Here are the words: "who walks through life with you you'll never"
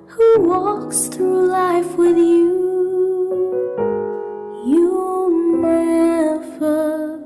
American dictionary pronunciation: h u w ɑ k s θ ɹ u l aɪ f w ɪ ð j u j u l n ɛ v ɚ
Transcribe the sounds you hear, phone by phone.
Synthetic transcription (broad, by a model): h u w ɑ k s θ ɹ u l aɪ f w ɪ ð j u j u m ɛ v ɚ